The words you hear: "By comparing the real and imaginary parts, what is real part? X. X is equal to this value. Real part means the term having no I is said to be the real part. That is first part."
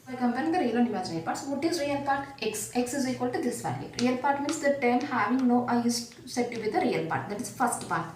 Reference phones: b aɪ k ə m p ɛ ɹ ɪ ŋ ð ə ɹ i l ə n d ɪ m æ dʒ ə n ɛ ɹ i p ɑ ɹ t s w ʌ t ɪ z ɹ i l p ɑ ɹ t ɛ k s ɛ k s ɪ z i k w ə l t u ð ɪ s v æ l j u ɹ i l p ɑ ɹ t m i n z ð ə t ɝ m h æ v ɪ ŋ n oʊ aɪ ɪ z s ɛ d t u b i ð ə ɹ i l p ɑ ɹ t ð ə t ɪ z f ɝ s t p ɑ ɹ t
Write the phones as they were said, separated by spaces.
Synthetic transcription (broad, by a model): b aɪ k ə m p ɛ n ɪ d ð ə ɹ i l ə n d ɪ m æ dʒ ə ʌ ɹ p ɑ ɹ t s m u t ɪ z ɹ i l p ɑ ɹ t ɛ k s ɛ k s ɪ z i k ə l t u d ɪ s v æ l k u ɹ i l p ɑ ɹ t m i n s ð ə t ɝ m h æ v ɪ ŋ n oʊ aɪ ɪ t s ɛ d t u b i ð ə ɹ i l p ɑ ɹ t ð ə t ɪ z f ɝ s t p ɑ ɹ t